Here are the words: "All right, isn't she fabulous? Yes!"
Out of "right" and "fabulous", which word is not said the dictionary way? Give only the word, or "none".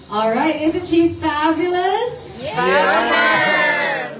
none